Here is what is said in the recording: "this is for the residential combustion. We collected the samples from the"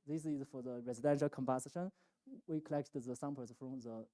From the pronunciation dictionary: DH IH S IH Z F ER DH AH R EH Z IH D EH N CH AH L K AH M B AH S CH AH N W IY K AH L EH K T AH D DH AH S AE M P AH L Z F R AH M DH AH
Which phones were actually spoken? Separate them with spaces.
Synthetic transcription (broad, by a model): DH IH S IH Z F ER DH AH R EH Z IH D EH N SH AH L K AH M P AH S SH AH N W IY K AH L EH K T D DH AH S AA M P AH Z F R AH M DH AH